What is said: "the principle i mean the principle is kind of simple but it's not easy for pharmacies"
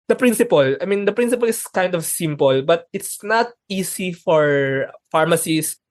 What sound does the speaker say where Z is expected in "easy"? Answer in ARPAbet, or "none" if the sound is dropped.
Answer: S